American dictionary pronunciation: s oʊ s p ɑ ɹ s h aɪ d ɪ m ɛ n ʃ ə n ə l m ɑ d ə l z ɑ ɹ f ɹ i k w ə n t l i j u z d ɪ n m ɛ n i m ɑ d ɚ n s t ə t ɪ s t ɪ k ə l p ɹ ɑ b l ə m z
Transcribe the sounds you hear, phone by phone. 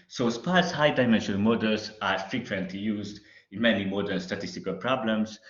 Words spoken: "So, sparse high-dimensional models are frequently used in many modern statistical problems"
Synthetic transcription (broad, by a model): s oʊ s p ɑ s h aɪ d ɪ m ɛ n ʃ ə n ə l m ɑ d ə l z ɑ ɹ f ɹ i k w ə n t l i j u z d ɪ n m ɛ n i m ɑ d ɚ l s t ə t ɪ s t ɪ k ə l p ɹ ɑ b l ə m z